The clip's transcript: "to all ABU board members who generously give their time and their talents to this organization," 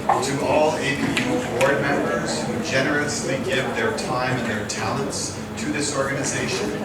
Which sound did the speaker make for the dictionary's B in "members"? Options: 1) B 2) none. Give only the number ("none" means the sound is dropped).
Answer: 1